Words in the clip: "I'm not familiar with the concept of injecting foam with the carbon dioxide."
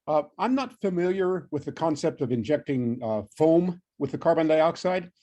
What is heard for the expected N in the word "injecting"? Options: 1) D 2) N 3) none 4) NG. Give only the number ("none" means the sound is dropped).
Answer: 2